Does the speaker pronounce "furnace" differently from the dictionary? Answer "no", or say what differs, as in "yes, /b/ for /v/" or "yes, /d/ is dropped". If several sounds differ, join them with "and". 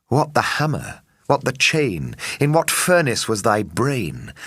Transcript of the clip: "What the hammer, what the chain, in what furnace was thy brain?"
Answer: no